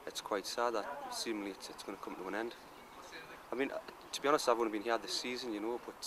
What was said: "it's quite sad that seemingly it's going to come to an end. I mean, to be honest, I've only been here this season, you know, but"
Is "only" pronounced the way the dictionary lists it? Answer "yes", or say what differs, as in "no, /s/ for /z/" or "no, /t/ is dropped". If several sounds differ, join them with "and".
no, /l/ is dropped